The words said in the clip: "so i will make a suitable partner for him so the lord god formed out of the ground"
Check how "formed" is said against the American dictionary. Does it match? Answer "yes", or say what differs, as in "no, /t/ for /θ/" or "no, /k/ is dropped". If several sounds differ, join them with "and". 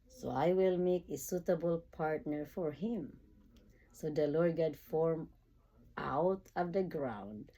no, /d/ is dropped